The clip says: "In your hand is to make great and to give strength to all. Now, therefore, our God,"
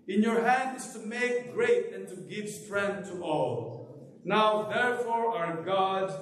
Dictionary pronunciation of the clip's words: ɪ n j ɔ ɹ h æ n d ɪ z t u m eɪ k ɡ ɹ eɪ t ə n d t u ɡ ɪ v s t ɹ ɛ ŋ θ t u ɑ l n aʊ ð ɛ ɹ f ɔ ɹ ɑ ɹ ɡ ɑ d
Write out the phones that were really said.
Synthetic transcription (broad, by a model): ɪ n j ɔ ɹ h æ n d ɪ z t u m eɪ k ɡ ɹ eɪ t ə n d t u ɡ ɪ v s t ɹ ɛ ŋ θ t u ɑ l n aʊ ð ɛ ɹ f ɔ ɹ ɑ ɹ ɡ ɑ d